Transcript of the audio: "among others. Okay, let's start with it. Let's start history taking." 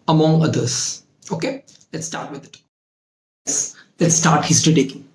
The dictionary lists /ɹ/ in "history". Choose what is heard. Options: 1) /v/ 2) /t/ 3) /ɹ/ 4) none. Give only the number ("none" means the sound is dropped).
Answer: 4